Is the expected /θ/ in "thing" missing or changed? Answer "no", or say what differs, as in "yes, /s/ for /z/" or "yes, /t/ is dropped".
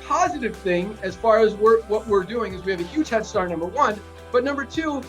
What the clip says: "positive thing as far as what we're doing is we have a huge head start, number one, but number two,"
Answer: no